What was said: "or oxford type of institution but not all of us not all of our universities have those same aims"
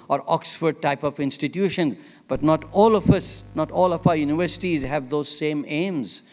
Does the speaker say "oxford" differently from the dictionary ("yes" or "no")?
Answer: no